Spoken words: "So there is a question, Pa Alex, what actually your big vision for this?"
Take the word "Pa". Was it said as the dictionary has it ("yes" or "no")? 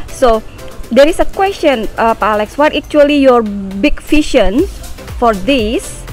yes